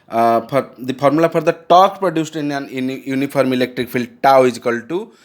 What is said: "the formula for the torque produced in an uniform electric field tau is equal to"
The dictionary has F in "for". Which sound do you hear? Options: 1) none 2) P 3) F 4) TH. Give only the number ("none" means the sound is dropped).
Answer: 2